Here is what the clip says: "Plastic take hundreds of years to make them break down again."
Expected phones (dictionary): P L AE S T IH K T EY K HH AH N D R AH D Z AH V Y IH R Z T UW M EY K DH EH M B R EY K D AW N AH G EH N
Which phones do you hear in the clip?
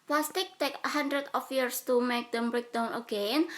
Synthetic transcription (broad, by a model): P L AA S T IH K T EY K HH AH N D R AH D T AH F Y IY R S T UW M EY K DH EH M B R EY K D AW N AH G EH N